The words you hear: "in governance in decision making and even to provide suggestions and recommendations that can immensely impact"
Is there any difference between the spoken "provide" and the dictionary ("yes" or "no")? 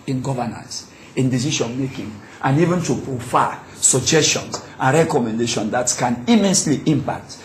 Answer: yes